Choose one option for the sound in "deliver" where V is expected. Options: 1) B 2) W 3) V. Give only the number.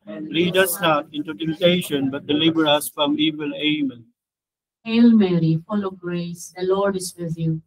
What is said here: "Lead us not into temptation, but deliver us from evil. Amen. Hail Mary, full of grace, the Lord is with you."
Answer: 1